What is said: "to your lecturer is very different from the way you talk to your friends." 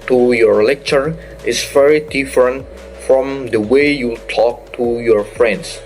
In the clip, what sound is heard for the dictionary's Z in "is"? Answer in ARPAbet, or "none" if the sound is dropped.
S